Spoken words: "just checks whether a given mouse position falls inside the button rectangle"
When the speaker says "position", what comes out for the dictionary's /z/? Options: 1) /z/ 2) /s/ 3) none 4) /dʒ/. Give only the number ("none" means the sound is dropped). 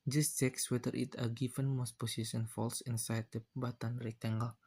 2